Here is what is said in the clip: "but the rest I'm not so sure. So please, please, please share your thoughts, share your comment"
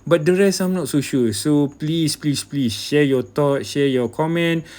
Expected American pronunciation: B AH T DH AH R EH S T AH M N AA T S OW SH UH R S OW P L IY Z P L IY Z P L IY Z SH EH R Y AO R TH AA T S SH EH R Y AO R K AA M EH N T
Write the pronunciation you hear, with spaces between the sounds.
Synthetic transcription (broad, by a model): B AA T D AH R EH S AH M N AA T S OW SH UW S OW P L IY S P L IY S P L IY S SH EH Y AO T AA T SH EH Y AO K AA M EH N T